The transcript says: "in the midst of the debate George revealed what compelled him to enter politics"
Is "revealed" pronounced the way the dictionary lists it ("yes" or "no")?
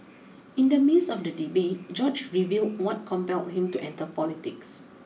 yes